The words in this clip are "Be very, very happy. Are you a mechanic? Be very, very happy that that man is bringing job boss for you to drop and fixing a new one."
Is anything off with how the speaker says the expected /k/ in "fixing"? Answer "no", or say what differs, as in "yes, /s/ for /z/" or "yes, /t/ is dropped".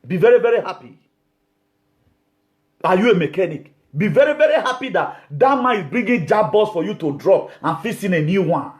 yes, /k/ is dropped